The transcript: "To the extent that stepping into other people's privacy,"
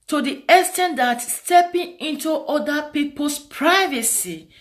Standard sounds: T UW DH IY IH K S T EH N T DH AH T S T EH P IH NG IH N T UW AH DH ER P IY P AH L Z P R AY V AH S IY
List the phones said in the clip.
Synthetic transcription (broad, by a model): T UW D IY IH S T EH N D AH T S T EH P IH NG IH N T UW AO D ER P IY P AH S P R AY V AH S IY